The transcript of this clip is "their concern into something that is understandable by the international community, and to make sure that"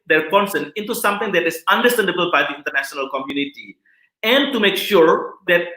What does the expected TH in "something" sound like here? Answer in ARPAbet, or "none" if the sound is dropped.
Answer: T